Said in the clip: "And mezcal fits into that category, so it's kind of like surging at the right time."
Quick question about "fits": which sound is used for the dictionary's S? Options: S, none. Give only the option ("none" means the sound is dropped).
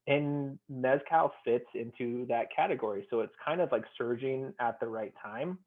S